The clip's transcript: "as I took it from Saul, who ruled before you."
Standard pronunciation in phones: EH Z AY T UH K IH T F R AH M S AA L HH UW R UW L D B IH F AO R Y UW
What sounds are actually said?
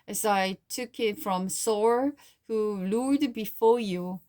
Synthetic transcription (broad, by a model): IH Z AY T UH K IH T F R AH M S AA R HH UW L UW D B IH F AO R Y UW